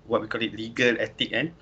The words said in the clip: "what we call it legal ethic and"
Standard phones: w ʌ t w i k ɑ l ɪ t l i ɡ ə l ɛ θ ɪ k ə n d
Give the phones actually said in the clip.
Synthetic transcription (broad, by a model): w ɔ t w i k ɑ l ɪ t l i ɡ ə l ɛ t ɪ k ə n